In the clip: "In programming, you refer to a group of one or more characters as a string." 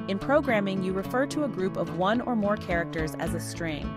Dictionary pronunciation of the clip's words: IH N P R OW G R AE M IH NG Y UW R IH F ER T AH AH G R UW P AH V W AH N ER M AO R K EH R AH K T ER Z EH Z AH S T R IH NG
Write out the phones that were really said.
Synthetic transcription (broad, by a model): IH N P R OW G R AE M IH NG Y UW R IH F ER T AH AH G R UW P AH V W AH N ER M AO R K EH R AH K T ER Z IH Z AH S T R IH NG